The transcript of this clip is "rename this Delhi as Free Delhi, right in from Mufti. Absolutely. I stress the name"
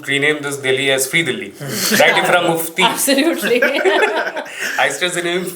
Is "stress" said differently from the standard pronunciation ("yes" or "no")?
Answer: yes